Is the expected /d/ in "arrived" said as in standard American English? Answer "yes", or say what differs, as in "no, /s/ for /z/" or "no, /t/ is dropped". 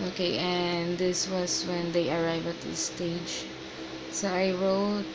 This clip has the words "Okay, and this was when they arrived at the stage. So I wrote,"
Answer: no, /d/ is dropped